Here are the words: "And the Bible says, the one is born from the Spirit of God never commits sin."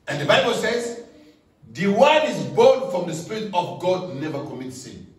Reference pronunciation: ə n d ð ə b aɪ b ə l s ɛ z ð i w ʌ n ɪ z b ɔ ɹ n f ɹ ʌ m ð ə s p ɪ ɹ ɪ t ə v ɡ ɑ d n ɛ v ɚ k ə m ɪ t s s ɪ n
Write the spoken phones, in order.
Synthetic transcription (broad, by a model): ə n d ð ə b aɪ b ə l s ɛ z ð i w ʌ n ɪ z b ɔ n f ɹ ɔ m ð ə s p ɪ ɹ ɪ t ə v ɡ ɑ d n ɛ v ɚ k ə m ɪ t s s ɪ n